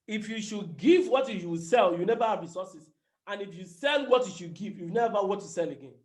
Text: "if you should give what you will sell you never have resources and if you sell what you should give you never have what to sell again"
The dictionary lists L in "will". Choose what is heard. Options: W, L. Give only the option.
W